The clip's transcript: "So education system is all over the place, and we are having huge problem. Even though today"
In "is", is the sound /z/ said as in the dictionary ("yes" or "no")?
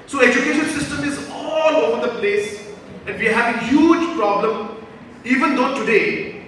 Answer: yes